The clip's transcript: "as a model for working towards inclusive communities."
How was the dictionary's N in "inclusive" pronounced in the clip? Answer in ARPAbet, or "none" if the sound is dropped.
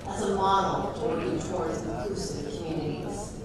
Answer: none